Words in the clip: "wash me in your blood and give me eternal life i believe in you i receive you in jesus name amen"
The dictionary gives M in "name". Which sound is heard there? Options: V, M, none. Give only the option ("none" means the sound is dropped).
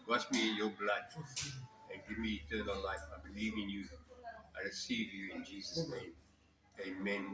M